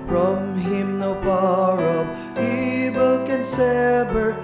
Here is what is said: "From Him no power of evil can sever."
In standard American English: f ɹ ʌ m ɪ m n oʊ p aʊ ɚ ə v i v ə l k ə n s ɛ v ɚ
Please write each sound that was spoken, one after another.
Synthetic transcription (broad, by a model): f ɹ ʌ m ɪ m n oʊ b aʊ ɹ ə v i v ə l k ə n s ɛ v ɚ